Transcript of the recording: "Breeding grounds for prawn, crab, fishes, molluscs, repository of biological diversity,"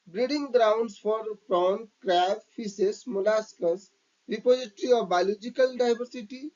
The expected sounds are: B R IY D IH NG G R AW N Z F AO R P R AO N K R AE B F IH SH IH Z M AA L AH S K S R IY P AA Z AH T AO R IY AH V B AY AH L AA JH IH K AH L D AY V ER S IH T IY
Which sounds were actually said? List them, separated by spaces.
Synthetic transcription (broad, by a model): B R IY D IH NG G R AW N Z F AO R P R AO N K R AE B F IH S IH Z M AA L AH S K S R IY P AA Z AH T R IY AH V B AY L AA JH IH K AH L D AY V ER S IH T IY